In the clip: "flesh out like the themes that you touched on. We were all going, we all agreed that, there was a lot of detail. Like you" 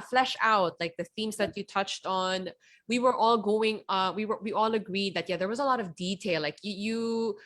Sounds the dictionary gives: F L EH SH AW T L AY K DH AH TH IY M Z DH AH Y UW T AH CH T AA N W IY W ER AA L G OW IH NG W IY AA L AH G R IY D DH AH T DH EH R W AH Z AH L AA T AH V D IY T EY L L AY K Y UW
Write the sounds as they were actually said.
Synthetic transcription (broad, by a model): F L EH SH AW T L AY K DH AH TH IY M Z DH AH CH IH T AH CH T N W IY W ER AA L G OW IH NG W IY AA L AH G R IY D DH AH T DH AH R W AH Z AH L AA T AH V D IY T EY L L AY K Y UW